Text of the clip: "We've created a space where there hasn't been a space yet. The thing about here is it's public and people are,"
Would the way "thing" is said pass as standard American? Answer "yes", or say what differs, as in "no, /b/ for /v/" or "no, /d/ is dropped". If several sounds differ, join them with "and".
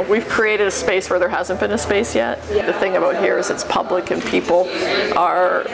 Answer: yes